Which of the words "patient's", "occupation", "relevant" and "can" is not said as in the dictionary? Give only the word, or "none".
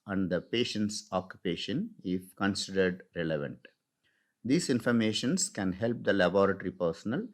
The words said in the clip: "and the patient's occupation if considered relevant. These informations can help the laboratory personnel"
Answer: none